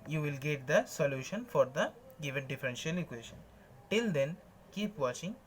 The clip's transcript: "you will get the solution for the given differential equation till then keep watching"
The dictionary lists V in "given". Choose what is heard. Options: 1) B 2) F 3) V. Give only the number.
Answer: 3